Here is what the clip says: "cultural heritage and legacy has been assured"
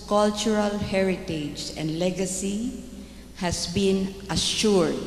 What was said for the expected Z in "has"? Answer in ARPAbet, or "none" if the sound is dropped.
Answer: S